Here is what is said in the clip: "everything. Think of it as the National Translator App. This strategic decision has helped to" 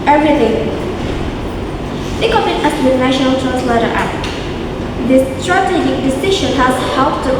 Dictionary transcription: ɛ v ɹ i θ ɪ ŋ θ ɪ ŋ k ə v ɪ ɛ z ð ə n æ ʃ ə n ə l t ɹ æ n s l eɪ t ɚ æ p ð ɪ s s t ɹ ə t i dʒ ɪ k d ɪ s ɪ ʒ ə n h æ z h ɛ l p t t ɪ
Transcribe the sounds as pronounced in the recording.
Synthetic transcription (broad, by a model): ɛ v ɹ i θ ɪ ŋ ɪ k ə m ɪ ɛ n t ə n æ ʃ ə n ə l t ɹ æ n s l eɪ t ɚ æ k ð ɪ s s t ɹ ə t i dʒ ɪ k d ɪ s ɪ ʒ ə n h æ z h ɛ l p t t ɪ